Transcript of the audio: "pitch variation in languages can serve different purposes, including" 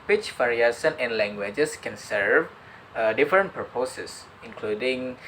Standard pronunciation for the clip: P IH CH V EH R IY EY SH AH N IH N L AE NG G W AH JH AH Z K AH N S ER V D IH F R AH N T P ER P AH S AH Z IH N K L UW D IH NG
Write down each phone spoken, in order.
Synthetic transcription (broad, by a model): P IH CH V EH R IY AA S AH N IH N L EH NG G W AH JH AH S K AH N S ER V D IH F R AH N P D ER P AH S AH S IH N K L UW D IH NG